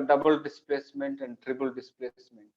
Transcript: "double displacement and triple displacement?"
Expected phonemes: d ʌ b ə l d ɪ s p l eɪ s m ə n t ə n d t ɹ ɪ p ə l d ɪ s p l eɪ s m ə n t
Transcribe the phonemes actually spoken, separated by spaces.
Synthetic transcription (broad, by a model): d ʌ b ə l d ɪ s p l eɪ s m ə n t ə n d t ɹ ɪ b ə l d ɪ s p l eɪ s m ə n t